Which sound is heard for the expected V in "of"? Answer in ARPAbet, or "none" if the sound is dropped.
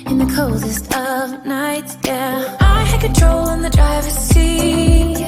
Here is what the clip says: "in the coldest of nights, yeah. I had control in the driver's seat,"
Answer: V